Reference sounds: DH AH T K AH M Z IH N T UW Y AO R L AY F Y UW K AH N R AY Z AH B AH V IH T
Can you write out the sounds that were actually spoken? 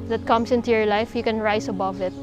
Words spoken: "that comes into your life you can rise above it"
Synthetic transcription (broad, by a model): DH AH T K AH M S IH N T UW Y AO R L AY F Y UW K AH N R AY S AH B AH V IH T